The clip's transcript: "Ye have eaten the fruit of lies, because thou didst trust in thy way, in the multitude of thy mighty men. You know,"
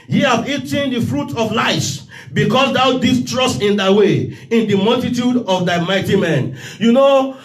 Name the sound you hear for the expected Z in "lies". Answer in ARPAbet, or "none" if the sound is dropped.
none